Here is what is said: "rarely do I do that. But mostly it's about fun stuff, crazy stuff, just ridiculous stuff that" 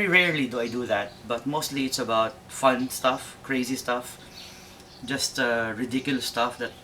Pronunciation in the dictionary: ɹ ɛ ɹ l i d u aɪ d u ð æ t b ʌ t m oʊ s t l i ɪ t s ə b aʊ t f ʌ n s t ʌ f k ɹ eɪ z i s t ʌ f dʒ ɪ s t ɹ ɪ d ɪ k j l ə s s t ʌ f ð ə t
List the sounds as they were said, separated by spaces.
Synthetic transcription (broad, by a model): ɹ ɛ ɹ l i d u aɪ d u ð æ t b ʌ t m oʊ s t l i ɪ t s ə b aʊ t f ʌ n s t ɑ f k ɹ eɪ z i s t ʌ f dʒ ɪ s t ɹ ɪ d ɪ k j ə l s t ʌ f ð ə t